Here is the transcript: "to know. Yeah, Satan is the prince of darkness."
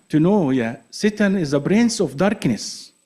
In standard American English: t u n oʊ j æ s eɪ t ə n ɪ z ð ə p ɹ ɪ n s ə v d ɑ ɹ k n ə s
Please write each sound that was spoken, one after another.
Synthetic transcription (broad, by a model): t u n oʊ j æ s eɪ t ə n ɪ z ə b ɹ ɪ n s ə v d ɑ ɹ k n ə s